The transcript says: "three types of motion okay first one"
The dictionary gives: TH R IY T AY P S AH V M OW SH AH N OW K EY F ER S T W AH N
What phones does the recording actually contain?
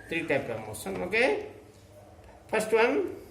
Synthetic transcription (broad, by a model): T R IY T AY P AH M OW S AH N OW K EY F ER S T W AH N